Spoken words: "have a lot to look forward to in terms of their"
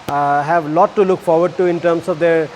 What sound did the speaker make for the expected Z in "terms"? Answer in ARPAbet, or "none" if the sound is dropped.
S